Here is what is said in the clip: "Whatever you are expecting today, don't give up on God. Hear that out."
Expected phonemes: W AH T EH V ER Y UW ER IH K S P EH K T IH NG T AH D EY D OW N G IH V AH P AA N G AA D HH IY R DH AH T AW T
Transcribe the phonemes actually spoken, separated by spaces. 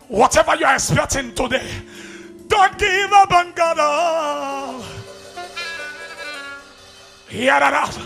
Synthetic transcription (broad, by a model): W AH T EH V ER Y UW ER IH K S P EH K T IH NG T AH D EY D OW N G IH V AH B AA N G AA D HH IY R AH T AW